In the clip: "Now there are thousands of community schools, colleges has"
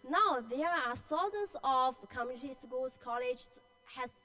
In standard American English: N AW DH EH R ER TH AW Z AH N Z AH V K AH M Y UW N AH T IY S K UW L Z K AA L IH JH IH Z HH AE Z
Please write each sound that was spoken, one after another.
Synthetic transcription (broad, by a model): N AW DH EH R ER S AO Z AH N S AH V K AH M Y UW N AH T IY S K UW L S K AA L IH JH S HH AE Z